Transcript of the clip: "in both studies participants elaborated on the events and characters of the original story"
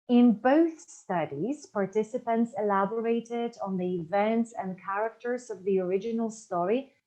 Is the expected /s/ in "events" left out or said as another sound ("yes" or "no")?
no